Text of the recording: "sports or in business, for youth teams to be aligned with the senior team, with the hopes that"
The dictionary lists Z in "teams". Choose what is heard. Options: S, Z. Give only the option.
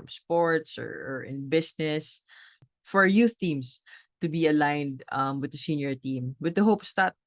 S